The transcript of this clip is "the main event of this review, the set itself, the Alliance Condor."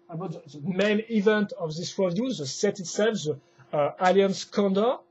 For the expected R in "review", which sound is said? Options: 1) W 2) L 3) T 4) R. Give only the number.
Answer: 1